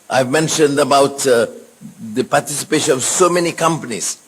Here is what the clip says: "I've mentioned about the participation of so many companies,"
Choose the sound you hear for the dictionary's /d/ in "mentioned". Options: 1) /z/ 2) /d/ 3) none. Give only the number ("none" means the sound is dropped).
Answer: 2